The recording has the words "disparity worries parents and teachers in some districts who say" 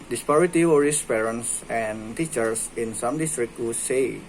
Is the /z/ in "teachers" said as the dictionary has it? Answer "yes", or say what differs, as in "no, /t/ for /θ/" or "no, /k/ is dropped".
no, /s/ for /z/